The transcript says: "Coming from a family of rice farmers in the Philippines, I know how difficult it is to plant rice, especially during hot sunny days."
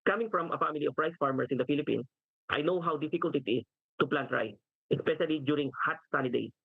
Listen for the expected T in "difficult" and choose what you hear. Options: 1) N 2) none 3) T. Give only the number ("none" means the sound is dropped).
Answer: 3